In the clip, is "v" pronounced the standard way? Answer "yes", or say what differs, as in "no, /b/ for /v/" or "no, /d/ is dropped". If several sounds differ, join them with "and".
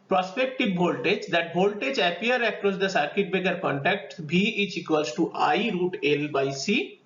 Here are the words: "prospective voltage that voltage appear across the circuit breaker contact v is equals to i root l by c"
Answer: no, /b/ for /v/